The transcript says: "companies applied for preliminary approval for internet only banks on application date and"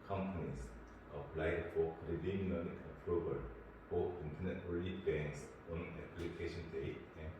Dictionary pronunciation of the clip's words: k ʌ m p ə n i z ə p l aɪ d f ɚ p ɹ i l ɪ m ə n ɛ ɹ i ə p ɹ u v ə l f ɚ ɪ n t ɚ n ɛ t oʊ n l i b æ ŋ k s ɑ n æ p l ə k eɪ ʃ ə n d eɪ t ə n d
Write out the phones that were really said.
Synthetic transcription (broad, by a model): k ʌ m p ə n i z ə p l aɪ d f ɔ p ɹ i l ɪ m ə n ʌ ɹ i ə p ɹ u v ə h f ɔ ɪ n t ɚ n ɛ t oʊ l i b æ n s ɑ n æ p l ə k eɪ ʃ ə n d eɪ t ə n